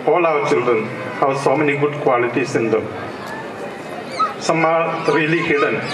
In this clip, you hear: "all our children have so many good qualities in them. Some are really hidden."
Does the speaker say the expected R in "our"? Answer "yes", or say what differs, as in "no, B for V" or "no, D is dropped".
no, W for R